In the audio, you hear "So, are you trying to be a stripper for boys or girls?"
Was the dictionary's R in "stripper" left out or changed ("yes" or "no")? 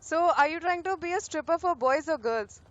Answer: no